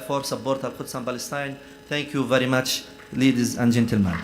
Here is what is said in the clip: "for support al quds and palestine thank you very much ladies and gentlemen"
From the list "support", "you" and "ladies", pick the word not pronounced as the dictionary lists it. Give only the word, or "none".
support